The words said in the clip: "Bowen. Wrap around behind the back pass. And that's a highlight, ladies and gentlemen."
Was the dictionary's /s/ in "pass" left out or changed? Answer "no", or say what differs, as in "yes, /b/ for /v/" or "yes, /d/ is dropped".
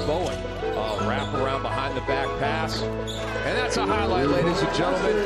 no